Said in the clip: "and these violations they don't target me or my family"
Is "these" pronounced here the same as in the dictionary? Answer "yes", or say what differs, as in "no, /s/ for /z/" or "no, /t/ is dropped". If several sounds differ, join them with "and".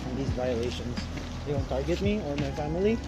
yes